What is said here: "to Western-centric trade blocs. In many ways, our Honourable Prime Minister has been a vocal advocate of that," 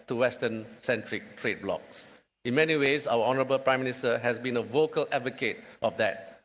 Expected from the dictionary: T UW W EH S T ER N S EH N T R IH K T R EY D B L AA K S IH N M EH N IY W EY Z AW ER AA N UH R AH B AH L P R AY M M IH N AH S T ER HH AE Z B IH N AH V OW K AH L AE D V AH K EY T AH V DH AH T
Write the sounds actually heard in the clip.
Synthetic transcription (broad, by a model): T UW W EH S T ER N S EH N T R IH K T R EY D B L AA K S IH N M EH N IY W EY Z AW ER AA N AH R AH B AH L P R AY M M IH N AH S T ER HH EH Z B IH N AH V OW K AH L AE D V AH K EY T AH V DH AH T